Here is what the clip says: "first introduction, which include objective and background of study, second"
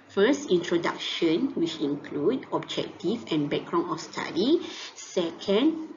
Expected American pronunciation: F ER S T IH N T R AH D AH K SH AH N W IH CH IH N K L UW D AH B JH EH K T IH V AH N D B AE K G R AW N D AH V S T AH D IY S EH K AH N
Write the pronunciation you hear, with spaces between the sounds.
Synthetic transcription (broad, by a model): F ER S T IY N T R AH D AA K SH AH N W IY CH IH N K L UW D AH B JH EH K T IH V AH N B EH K G R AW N AH F S T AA D IY S EH K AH N